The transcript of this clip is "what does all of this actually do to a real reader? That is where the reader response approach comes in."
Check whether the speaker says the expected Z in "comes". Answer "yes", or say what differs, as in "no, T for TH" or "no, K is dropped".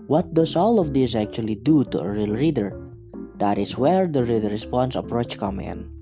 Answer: no, Z is dropped